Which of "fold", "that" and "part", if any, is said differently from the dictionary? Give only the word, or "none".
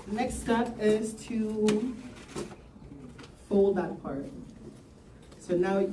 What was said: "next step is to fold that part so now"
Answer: none